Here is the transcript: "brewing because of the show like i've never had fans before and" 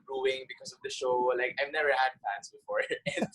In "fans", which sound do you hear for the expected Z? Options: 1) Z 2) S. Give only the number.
2